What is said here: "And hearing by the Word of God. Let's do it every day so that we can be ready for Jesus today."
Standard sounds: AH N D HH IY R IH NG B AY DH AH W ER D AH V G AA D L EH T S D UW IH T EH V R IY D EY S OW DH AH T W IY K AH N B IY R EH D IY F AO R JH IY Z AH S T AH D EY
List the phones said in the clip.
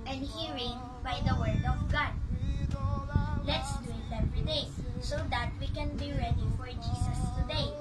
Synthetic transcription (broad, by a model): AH N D HH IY R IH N B AY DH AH W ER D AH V G AA D L EH T S D UW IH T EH P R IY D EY S OW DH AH T W IY K AH N B IY R EH D IY F AO R JH IY S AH S T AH D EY